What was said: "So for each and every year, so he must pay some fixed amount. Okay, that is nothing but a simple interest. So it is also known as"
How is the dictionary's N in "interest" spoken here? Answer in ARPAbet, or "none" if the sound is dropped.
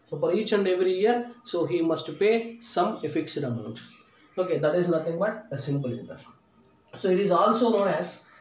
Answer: none